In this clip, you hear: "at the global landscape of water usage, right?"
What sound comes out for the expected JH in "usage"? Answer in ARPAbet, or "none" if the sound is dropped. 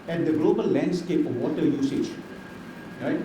JH